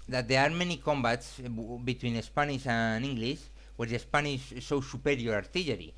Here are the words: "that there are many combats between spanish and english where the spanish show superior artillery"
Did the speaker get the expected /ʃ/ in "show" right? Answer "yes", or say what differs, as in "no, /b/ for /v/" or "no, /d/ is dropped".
no, /s/ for /ʃ/